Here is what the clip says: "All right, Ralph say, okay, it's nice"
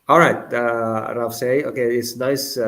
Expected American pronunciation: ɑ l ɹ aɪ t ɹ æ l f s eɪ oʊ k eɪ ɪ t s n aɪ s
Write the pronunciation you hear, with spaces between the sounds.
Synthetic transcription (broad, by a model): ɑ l ɹ aɪ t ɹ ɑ f s eɪ oʊ k eɪ ɪ t s n aɪ s